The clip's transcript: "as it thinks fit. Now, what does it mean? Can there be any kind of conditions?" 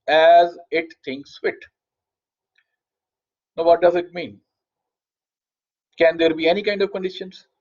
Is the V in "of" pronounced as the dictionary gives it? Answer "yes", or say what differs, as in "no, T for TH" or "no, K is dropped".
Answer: yes